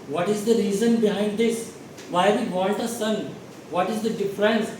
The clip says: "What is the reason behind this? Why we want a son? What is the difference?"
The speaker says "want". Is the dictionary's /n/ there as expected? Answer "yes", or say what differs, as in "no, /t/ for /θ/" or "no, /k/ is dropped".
no, /l/ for /n/